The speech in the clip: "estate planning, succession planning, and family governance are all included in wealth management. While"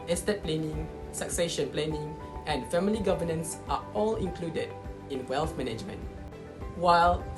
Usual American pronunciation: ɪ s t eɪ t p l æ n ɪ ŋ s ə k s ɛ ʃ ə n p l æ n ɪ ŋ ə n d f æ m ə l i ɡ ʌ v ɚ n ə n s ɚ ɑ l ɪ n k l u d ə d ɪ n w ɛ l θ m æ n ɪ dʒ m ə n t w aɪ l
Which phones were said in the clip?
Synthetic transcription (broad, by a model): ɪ s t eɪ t p l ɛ n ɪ ŋ s ə k s ɛ ʃ ə n p l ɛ n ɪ ŋ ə n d f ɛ m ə l i ɡ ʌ v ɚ n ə n s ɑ ɑ l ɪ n k l u d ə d ɪ n w ɛ l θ m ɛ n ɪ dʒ m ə n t w aɪ l